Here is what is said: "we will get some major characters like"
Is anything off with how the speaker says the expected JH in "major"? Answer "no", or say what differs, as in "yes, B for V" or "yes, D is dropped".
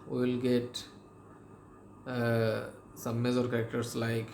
yes, Z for JH